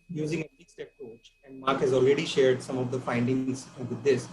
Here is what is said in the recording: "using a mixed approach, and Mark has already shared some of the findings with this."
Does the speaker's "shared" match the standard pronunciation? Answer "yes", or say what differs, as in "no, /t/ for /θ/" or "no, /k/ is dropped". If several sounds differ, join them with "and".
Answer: yes